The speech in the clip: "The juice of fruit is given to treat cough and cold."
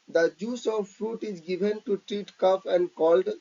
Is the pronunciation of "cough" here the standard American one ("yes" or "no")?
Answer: no